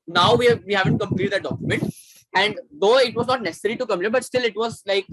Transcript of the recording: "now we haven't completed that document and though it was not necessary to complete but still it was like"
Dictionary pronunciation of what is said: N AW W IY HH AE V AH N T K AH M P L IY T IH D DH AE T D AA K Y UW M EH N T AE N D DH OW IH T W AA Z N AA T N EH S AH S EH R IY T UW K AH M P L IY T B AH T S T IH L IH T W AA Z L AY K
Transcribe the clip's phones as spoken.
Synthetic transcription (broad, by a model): N AW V IY HH AE V AH N T K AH M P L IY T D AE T D AA K Y UW M EH N T AE N D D OW IH T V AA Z N AA T N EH S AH S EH R IY T UW K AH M L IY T B AH T S T IH L IH T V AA Z L AY K